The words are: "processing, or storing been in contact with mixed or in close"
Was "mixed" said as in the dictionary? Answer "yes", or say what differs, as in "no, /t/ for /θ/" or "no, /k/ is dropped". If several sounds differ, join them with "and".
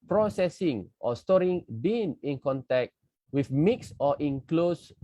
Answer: no, /t/ is dropped